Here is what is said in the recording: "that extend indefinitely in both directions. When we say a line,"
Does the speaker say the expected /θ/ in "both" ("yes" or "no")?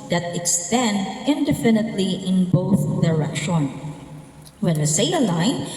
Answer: yes